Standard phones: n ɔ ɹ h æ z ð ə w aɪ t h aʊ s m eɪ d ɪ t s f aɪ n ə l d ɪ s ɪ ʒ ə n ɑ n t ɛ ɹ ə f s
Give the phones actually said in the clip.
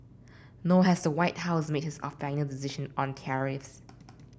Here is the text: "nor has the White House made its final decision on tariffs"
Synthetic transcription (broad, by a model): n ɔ h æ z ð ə w aɪ t h aʊ s m eɪ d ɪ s f aɪ n ə l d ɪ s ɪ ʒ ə n ɑ n t ɛ ɹ ə f s